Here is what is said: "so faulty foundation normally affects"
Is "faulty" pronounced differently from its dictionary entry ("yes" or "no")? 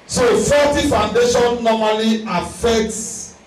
yes